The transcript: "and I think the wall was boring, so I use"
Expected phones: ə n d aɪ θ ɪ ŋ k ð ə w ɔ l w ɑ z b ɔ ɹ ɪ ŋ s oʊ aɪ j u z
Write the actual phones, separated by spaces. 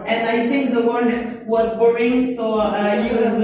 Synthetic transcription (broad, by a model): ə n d aɪ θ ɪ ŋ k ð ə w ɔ n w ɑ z b ɔ ɹ ɪ ŋ s oʊ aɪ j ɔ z